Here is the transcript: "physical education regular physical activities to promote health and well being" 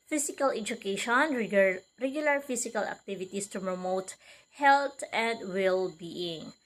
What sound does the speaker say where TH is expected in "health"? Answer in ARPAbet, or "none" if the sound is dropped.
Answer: T